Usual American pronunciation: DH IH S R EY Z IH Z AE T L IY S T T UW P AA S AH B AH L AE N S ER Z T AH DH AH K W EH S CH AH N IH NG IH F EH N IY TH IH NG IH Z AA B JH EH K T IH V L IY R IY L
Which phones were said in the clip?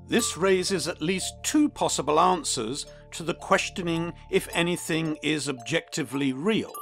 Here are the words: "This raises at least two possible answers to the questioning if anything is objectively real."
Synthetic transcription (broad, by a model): DH IH S R EY Z IH Z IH T L IY S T T UW P AA S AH B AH L AE N S ER Z T AH DH AH K W EH S CH AH N IH NG IH F EH N IY TH IH NG IH Z AA B JH EH K T IH V L IY R IY L